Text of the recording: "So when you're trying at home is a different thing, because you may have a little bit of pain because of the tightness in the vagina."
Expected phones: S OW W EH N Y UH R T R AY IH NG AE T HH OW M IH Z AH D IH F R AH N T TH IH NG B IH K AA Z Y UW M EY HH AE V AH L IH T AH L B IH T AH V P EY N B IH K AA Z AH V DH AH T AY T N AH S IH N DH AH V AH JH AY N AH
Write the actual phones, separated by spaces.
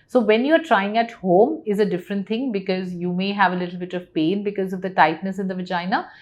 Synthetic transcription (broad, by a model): S OW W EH N Y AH R T R AY IH NG AE T HH OW M IH Z AH D IH F R AH N T T IH NG B IH K AA Z Y UW M EY HH AE V AH L IH T L B IH T AH V P EY N B IH K AA Z AH V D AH T AY T N AH S IH N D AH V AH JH AY N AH